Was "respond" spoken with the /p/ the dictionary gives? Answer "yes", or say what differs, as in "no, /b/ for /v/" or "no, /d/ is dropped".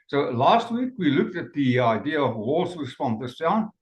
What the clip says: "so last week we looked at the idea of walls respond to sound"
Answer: no, /f/ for /p/